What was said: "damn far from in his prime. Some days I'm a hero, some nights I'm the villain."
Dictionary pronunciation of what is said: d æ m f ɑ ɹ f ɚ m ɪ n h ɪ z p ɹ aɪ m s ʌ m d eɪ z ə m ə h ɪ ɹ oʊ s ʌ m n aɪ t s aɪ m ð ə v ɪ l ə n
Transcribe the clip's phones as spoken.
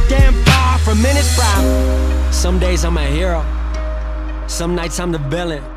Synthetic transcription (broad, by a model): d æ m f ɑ f ɚ m ɪ n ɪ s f ɹ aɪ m s ʌ m d eɪ z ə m ə h ɪ ɹ oʊ s ʌ m n aɪ t s aɪ m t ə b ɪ l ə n